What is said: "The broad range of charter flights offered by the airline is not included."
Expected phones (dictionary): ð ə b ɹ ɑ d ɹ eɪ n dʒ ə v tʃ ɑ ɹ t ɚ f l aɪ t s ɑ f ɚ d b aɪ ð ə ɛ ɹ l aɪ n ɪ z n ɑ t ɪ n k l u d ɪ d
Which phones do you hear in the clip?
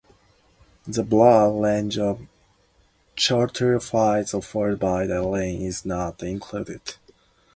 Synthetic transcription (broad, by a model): ð ə b l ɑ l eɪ n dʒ ə v tʃ ɑ ɹ t ɚ f l aɪ t s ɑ f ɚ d b aɪ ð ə l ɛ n ɪ z n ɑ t ɪ n k l u d ɪ d